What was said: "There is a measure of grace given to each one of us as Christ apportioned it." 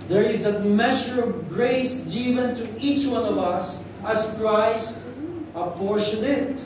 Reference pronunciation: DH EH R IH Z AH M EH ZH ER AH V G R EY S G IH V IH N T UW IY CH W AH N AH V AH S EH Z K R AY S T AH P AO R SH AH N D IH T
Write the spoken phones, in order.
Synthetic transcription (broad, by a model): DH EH R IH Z AH M EH SH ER AH V G R EY S G IH V IH N T UW IY CH W AH N AH V AH S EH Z K R AY S T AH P AO R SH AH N IH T